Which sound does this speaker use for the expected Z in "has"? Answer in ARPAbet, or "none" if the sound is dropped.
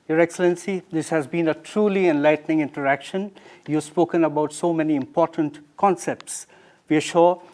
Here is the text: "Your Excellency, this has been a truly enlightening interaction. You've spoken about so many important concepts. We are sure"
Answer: Z